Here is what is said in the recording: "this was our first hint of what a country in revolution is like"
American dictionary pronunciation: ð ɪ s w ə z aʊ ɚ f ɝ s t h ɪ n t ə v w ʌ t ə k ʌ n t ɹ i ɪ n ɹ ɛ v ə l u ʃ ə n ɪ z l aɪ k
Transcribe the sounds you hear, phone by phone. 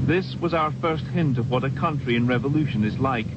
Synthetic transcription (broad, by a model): ð ɪ s w ə z aʊ ɚ f ɝ s t h ɪ n t ə v w ʌ t ə k ʌ n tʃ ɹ i ɪ n ɹ ɛ v ə l u ʃ ə n ɪ z l aɪ k